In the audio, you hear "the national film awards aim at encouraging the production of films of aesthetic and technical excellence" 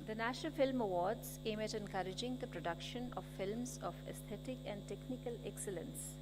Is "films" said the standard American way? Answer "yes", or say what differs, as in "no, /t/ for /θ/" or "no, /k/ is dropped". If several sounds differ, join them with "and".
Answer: yes